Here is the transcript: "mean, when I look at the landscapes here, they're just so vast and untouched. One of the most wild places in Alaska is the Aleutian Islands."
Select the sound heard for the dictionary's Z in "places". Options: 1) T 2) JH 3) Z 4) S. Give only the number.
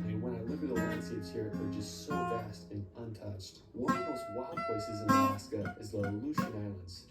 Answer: 3